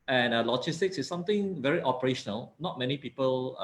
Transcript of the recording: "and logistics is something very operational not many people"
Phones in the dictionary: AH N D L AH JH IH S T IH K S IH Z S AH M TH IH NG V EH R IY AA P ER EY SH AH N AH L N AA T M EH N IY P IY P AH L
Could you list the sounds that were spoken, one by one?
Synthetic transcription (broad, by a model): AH N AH L AH JH IH S T IH K S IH S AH M T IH NG V EH R IY AA P ER EY SH AH N AH L N AA T M EH N IY P IY P AH L